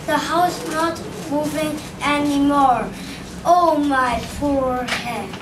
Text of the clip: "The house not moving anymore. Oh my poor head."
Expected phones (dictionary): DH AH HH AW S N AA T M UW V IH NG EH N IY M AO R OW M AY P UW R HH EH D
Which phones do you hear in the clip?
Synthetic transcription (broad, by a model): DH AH HH AW S N AA T M UW V IH NG EH N IY M AO R OW M AY P UW R HH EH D